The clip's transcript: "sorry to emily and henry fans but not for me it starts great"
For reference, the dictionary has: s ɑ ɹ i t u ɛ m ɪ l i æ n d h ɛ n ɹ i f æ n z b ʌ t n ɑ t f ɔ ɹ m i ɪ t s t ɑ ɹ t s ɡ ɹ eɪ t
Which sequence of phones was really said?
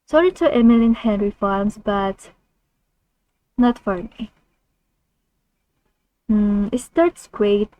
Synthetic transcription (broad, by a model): s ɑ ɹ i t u ɛ m ɪ l i n h ɛ n ɹ i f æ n s b ʌ t n ɑ t f ɔ ɹ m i ɪ t s t ɑ ɹ t s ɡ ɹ eɪ t